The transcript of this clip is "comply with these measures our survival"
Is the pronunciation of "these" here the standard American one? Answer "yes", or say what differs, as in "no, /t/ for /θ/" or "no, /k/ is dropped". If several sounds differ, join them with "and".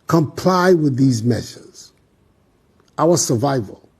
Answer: yes